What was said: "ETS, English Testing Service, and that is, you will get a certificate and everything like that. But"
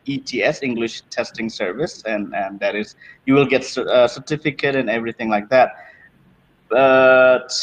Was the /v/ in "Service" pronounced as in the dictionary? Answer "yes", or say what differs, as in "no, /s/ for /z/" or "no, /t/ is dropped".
yes